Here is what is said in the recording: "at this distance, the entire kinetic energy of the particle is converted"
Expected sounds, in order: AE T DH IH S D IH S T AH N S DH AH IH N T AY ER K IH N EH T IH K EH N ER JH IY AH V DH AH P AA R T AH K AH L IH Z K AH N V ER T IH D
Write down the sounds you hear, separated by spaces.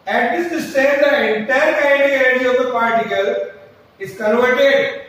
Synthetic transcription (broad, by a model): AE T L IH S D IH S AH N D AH IH N T AY ER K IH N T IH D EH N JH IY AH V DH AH P AA R T AH K AH L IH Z K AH N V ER T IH D